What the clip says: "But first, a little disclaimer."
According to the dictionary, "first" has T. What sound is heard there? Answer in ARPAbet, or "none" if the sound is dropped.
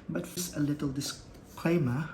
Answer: none